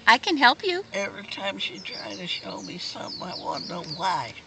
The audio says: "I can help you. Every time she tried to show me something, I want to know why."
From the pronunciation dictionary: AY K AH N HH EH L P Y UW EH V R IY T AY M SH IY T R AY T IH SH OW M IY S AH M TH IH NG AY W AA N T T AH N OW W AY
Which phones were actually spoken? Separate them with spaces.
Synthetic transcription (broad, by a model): AY K AH N HH EH L P Y UW EH V R IY T AY M SH IY T R AY T IH SH OW M IY S AH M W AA T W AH N OW W AY